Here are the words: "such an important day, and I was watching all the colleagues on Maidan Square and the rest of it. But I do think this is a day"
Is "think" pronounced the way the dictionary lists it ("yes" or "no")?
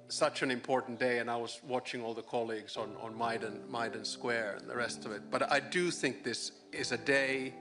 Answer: yes